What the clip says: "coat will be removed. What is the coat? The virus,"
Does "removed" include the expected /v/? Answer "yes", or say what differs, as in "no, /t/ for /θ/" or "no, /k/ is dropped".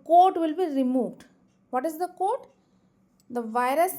yes